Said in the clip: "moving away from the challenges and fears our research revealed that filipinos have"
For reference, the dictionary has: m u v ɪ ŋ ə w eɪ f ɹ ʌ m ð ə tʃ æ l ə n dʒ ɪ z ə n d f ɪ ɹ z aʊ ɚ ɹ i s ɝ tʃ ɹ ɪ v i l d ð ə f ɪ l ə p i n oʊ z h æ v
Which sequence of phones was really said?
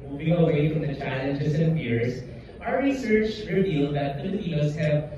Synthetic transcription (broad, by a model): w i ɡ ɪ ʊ ə w eɪ f ɹ ʌ m ð ə tʃ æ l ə n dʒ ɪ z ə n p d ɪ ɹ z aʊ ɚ ɹ i s ɝ tʃ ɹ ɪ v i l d ð ə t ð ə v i oʊ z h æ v